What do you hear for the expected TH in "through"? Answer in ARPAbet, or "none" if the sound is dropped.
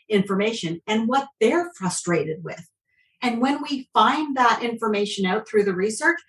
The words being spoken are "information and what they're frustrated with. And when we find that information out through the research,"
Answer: TH